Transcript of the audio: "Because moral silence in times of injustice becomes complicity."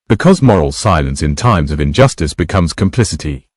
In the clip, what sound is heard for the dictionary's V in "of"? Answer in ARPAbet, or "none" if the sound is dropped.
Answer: V